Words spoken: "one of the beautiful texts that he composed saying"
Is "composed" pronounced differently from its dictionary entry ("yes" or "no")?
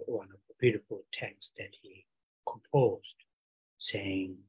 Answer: no